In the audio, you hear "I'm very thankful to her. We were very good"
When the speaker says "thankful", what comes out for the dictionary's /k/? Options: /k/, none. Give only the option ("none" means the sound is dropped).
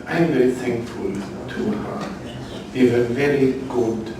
/k/